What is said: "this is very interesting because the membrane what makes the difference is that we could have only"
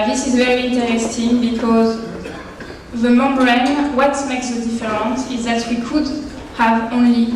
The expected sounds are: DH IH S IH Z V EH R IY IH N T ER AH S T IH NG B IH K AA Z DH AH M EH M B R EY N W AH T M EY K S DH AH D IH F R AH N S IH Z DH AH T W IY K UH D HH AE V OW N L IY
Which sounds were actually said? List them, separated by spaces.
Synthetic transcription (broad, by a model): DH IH S IH Z V EH R IY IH N T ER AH S T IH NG B IH K AA Z DH AH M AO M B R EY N W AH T M EY K S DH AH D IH F R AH N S IH Z DH AH T W IY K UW D HH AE V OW N L IY